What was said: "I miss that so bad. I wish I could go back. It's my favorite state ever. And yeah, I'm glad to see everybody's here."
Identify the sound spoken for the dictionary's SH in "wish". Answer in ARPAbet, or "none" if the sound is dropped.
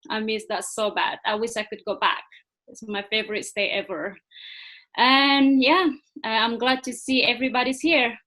SH